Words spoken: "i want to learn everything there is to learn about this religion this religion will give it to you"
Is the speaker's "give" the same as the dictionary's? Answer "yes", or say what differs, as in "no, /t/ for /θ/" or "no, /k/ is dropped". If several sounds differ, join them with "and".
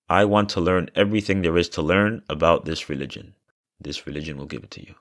yes